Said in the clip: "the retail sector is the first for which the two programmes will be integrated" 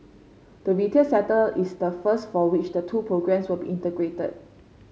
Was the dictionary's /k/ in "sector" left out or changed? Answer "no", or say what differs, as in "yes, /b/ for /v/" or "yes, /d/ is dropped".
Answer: yes, /k/ is dropped